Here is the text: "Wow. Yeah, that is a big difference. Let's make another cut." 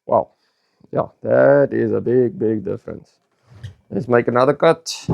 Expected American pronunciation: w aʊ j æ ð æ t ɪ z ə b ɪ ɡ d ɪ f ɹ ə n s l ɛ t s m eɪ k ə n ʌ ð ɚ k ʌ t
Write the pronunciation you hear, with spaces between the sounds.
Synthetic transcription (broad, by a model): w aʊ j æ ð æ t ɪ z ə b ɪ ɡ d ɪ f ɹ ə n s n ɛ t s m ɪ k ə n ʌ ð ɚ k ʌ t